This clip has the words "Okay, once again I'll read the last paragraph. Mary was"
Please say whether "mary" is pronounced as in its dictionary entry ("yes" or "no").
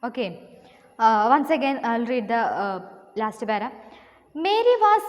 yes